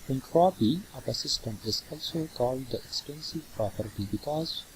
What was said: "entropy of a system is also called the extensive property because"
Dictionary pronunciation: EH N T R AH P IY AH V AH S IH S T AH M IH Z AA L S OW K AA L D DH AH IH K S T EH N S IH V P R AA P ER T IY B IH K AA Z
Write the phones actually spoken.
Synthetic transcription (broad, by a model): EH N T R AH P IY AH P AH S IH S T AH M IH Z AA L S OW K AA L D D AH IH K S T EH N S IH V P R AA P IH T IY B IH K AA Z